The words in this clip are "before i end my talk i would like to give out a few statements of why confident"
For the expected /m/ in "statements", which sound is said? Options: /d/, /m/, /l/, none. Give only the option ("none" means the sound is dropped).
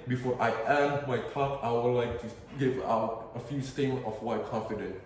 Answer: none